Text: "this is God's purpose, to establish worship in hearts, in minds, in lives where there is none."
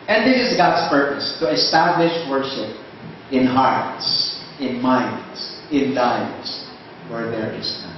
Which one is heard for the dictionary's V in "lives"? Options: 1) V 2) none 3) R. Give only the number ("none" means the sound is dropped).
2